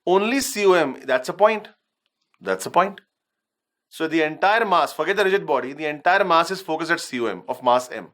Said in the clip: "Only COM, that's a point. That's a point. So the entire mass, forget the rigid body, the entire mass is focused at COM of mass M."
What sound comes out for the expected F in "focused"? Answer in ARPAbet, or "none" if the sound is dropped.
F